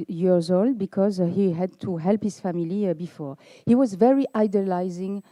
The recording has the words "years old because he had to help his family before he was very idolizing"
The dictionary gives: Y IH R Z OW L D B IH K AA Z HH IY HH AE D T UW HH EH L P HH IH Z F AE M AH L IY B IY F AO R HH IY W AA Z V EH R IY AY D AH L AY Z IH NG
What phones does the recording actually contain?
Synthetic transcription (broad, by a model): Y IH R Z OW L D B IH K AA Z HH IY HH AE D T UW HH EH L P HH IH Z F AE M AH L IY B IY F AO R HH IY W AA Z V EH R IY AY D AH L AY Z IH NG